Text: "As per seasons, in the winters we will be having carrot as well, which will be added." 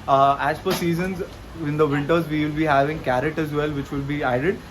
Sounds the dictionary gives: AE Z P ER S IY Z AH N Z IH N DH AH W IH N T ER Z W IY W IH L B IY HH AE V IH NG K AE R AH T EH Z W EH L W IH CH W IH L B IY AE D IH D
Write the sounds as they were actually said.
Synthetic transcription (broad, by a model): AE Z F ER S IY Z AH N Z IH N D AH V IH N T ER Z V IY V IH L B IY HH AE V IH NG K AE R AH T EH Z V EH L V IH CH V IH L B IY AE D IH D